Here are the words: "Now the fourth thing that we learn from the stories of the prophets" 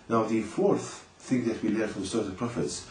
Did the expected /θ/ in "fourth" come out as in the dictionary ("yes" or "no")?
yes